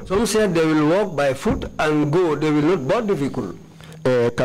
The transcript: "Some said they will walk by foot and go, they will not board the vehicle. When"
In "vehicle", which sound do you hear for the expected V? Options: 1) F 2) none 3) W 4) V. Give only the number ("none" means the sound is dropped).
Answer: 1